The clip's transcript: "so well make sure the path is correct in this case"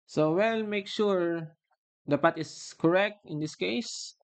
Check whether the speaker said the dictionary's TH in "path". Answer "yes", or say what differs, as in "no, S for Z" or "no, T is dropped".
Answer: no, T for TH